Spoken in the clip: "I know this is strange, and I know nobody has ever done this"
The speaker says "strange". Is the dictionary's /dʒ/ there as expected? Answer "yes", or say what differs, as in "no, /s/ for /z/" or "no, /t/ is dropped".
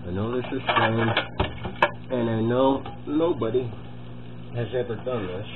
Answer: no, /dʒ/ is dropped